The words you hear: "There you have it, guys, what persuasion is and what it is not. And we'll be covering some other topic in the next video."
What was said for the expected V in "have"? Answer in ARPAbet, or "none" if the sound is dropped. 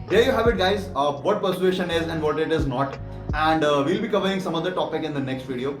V